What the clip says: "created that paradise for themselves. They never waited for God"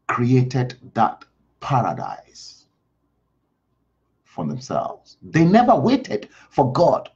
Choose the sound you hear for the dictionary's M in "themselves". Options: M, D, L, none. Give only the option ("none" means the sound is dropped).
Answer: M